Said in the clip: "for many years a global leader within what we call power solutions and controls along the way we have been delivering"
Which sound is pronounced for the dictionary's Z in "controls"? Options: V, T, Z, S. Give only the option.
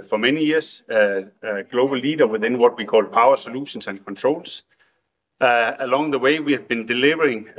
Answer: S